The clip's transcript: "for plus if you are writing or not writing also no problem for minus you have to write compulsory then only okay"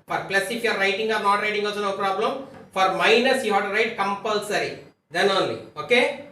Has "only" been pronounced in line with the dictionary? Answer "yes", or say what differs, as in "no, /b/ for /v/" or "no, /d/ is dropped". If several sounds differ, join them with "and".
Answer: yes